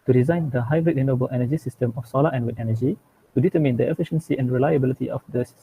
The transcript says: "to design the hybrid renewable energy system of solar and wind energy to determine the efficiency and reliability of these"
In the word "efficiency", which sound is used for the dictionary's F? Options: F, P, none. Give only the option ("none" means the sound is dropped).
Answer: F